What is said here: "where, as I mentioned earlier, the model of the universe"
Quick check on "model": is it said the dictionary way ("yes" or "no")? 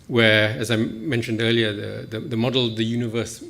yes